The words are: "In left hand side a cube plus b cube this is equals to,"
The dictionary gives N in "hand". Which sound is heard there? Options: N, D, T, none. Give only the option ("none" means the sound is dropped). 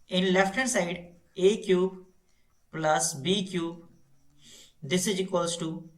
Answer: none